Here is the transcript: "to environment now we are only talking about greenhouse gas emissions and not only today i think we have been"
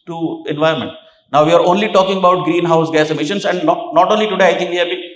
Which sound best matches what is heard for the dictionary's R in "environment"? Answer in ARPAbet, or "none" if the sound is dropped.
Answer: none